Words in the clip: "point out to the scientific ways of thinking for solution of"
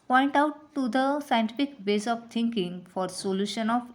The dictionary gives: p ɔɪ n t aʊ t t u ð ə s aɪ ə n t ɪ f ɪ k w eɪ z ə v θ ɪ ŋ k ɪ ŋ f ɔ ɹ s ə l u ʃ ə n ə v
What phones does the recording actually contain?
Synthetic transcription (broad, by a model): p ɔɪ n t aʊ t t u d ə s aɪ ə n t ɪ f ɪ k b eɪ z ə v t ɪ ŋ k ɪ ŋ f ɔ ɹ s ə l u ʃ ə n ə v